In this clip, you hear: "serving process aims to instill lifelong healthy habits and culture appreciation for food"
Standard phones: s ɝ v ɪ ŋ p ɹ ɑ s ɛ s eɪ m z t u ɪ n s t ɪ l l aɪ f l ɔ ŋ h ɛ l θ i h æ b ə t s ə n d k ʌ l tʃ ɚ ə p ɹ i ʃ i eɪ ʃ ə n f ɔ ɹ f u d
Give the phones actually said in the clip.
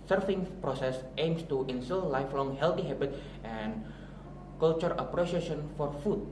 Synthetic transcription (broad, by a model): s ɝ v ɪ ŋ p ɹ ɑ s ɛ s eɪ m s t u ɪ n s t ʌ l l aɪ f l ɔ ŋ h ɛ l t i h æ b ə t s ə n k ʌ l tʃ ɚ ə p ɹ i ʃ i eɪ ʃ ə n f ɔ ɹ f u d